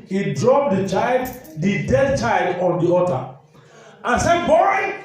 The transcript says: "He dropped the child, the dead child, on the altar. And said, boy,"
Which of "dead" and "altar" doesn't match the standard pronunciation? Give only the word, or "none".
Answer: altar